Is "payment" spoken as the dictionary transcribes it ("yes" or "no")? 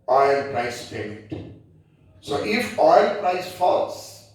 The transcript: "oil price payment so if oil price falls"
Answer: no